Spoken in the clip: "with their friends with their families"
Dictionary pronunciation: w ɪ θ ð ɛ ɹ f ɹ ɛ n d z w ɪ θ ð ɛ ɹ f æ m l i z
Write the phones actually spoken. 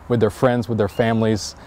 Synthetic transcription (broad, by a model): w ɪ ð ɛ ɹ f ɹ ɛ n d z w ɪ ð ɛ ɹ f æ m l i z